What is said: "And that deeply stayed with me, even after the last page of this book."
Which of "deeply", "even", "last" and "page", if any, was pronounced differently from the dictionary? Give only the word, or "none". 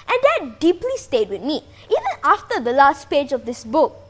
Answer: none